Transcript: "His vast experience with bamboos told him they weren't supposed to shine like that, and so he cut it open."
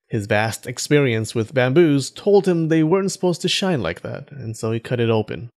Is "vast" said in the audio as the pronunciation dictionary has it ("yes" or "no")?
yes